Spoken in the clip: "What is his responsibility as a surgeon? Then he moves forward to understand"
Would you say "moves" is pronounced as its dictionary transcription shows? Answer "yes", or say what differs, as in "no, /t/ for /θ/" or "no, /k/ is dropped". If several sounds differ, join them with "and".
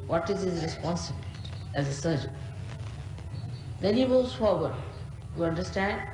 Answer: no, /v/ is dropped